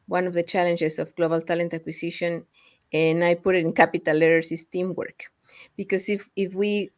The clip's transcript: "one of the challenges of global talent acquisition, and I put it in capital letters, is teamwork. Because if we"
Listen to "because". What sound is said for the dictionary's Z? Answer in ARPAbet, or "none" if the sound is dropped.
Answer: S